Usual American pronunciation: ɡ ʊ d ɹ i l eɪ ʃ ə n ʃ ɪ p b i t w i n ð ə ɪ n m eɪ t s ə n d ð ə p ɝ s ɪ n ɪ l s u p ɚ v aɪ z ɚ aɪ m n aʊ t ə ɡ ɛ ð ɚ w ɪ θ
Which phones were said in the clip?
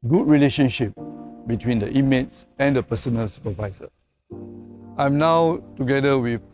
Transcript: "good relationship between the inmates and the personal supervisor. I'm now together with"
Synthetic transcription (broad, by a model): ɡ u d ɹ i l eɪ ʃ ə n ʃ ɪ p b i t w i n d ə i m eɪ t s ə n d ə p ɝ s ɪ n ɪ l s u p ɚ v aɪ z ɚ aɪ m n aʊ t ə ɡ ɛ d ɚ w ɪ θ